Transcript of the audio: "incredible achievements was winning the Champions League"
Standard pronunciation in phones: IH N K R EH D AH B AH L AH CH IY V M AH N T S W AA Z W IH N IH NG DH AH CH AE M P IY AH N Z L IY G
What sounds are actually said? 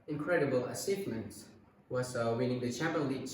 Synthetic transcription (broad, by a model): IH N K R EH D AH B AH L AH S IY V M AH N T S W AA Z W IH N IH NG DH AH CH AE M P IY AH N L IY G